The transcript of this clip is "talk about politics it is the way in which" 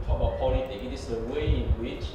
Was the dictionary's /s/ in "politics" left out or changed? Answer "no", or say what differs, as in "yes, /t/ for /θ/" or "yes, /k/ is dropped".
yes, /s/ is dropped